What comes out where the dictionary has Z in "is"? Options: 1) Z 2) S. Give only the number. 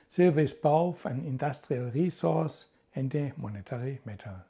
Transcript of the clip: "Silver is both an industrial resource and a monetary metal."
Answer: 2